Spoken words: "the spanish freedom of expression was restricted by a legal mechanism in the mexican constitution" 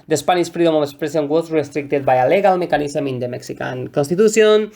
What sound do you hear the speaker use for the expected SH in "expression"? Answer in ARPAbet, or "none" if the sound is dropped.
S